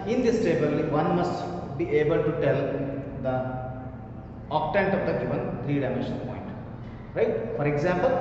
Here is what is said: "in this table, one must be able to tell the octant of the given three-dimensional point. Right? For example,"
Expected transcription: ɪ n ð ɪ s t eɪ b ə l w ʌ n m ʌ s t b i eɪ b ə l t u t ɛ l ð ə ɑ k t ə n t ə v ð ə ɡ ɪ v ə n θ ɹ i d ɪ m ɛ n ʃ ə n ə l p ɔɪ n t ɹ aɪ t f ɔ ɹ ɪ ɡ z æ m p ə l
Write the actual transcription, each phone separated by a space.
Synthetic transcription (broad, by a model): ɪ n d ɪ s t eɪ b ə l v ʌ n m ʌ s t b i eɪ b ə l t u t ɛ l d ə ɑ k t ə n t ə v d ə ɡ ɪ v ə n t ɹ i d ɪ m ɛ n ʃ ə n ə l p ɔɪ n t ɹ aɪ t f ɔ ɹ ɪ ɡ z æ m p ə l